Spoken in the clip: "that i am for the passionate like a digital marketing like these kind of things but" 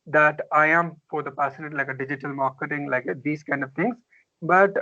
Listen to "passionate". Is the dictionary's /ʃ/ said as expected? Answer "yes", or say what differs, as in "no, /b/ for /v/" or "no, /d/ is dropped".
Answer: no, /s/ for /ʃ/